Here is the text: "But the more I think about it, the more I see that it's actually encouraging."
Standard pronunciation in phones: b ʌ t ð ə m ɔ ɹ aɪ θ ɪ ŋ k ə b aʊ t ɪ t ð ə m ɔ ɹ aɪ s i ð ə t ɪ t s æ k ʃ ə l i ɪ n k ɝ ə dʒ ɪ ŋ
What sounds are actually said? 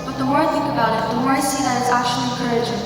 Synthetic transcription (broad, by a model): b ʌ t ð ə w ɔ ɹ aɪ θ ɪ ŋ k ə b aʊ t ɪ t ð ə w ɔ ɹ aɪ s i ð ə t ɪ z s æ k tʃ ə l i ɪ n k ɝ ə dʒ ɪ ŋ